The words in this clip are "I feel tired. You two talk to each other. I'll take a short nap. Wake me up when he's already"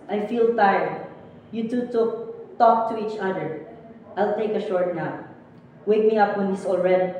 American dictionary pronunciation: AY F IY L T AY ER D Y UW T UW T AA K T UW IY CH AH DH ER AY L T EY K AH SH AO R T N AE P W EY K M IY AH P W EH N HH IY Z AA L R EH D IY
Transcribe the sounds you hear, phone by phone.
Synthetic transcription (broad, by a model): AY F IY L T AY ER D Y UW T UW T AA K T UW IY CH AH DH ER AY L T EY K AH SH AO R T N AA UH W EY K M IY AH P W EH N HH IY S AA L R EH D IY